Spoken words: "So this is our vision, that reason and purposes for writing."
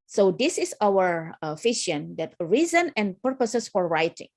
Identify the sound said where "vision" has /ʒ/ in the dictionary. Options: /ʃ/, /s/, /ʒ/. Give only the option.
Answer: /ʃ/